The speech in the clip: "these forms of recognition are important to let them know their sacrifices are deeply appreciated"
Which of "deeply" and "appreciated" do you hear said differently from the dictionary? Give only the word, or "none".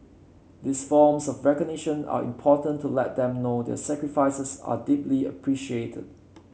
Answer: none